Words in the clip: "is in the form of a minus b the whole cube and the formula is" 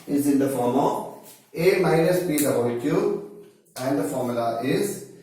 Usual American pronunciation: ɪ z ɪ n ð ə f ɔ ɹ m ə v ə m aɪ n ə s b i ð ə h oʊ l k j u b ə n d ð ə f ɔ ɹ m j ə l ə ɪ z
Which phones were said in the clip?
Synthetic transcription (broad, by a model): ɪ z ɪ n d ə f ɔ ɹ m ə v ə m aɪ n ə s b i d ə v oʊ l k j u ə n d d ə f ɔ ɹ m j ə l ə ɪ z